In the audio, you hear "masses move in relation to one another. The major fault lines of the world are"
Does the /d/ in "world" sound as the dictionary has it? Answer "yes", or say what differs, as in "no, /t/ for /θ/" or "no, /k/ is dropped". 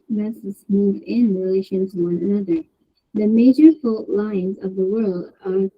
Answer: yes